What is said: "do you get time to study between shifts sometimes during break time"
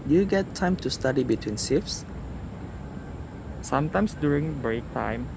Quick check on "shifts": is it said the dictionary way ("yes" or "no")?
no